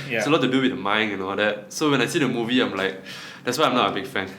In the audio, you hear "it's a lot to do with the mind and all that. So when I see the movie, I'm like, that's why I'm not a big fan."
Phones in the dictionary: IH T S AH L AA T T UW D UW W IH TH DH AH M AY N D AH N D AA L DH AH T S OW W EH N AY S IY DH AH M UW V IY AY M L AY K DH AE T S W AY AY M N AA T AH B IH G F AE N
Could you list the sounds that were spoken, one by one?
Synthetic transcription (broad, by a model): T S AH L AA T T UW D UW W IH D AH M AY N AH N AA L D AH T S OW W EH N AY S IY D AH M UW V IY AY M L AY K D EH T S W AY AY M N AA T AH B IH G F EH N